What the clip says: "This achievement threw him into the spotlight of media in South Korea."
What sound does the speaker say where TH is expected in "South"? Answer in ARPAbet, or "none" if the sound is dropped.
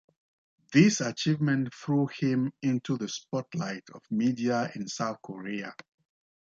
TH